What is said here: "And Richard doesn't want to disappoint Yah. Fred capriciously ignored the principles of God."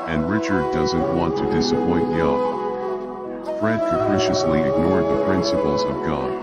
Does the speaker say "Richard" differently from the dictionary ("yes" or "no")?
no